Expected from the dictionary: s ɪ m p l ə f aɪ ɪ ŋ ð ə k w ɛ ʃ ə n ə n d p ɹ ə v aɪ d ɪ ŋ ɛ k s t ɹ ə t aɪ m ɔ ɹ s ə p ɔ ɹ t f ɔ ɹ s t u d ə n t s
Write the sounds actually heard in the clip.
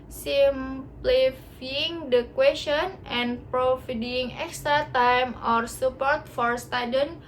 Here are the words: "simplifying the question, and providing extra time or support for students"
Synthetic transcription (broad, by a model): s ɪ m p l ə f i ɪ ŋ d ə k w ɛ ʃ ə n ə n p ɹ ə f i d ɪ ŋ ɛ k s t ɹ ə t aɪ m ɔ ɹ s ə p ɔ ɹ t f ɔ ɹ s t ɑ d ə n